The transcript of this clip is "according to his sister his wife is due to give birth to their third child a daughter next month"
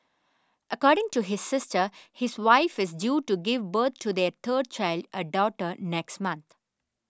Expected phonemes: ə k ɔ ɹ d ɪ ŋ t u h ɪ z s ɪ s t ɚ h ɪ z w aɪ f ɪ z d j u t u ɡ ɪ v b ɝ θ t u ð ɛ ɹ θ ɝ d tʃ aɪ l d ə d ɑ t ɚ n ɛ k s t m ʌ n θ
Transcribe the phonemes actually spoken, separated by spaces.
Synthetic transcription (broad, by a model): ə k ɔ ɹ d ɪ ŋ t u h ɪ z s ɪ s t ɚ h ɪ z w aɪ f ɪ z d j u t u ɡ ɪ v b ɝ t t u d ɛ ɹ t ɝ d tʃ aɪ l d ə d ɑ t ɚ n ɛ k s t m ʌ n t